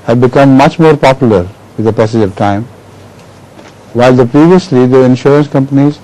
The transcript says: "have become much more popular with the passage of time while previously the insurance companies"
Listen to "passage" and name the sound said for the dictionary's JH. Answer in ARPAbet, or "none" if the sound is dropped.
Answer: JH